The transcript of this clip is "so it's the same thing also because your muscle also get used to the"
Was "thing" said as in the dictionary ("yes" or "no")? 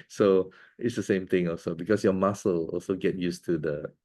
no